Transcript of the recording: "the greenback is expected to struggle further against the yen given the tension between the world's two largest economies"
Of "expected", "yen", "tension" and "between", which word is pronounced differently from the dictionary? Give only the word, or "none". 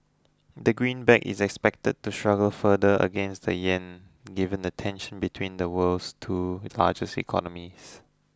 none